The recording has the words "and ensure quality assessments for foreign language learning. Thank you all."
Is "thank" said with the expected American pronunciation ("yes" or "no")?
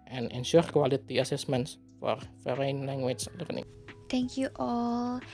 no